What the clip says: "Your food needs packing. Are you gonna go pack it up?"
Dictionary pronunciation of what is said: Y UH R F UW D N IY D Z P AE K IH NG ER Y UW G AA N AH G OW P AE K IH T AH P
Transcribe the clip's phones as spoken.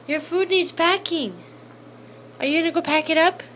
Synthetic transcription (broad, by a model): Y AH R F UW D N IY D Z P AE K IH NG ER Y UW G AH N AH G OW P AE K IH T AH P